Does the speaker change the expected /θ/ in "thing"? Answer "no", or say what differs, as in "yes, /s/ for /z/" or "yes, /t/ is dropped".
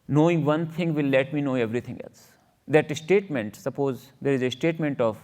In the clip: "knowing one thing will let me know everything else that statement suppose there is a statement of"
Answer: yes, /t/ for /θ/